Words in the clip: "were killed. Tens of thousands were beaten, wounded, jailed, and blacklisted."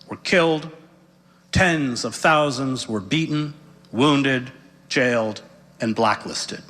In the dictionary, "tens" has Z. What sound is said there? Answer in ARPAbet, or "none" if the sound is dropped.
Z